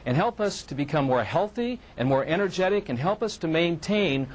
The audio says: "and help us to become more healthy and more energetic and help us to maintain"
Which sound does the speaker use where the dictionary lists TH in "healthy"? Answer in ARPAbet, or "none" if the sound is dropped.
TH